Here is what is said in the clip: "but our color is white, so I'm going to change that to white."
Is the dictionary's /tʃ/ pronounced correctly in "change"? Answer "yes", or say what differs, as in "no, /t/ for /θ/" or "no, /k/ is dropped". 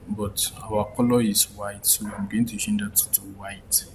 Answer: no, /ʃ/ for /tʃ/